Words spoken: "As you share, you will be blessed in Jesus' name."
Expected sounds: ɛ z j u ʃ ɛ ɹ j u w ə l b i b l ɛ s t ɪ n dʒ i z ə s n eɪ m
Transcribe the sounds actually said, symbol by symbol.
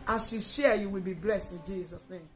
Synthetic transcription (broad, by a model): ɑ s j u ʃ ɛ j u w ə l b i b l ɛ s t ɪ n dʒ i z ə s n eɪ m